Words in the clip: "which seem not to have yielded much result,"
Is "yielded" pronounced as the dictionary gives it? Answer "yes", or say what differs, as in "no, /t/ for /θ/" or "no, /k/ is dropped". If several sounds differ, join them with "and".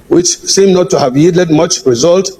no, /l/ is dropped